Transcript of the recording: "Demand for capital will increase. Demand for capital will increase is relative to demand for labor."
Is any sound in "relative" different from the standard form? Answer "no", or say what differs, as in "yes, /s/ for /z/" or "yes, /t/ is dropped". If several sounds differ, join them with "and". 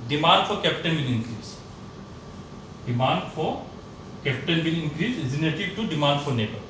yes, /n/ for /l/